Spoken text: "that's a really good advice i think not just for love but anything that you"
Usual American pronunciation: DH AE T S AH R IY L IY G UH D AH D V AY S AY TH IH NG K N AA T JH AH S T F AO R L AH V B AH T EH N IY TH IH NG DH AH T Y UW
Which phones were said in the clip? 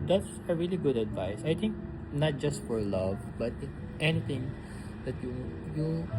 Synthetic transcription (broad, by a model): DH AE T S AH R IY L IY G UH D AH D V AY S AY T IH NG K N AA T JH AH S T F AO R L AH V B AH T EH N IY T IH NG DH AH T Y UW